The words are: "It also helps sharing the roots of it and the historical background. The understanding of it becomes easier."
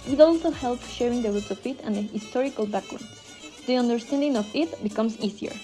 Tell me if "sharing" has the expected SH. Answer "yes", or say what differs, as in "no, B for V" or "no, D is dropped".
yes